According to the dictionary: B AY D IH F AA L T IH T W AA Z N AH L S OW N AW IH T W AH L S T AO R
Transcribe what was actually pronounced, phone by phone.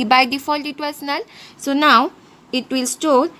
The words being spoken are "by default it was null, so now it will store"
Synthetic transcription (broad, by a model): B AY D IH F AA L T IH T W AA S N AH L S OW N AW IH T W AH L S T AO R